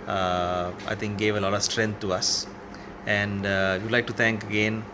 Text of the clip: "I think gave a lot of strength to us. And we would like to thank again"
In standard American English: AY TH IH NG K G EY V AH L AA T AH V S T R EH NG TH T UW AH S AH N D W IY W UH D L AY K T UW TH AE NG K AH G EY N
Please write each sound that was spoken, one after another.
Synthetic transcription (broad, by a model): AY T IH NG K G EY V AH L AA T AH V S T R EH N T T UW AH S AH N D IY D L AY K T UW T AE NG K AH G EY N